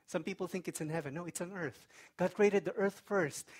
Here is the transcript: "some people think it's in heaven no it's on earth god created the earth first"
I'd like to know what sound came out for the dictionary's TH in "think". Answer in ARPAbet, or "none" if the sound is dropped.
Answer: TH